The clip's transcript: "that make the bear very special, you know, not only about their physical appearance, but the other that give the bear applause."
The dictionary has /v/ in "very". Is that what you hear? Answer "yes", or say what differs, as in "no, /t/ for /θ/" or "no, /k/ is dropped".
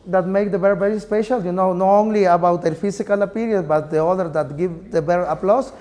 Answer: no, /b/ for /v/